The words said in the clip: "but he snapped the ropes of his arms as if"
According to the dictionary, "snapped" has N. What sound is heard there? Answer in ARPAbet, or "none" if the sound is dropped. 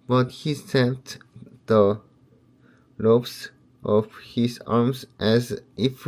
none